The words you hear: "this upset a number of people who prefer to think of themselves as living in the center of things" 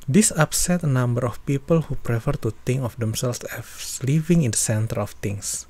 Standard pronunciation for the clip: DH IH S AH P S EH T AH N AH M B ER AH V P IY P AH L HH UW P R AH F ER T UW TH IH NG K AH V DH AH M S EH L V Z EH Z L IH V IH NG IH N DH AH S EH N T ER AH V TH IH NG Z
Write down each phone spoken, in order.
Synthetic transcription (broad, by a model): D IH S AH P S EH T AH N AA M B ER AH F P IY P AH L HH UW P R AH F ER T UW T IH NG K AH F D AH M S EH L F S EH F L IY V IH NG IH N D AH S EH N T ER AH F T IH NG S